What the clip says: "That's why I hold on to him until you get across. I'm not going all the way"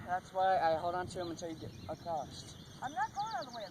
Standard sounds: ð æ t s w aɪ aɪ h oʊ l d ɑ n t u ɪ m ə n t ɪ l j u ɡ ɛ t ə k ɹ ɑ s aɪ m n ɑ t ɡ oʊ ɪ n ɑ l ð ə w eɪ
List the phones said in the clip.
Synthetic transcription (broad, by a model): ð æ t s w aɪ aɪ h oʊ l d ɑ n t u ɪ m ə n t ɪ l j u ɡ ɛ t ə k ɑ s aɪ m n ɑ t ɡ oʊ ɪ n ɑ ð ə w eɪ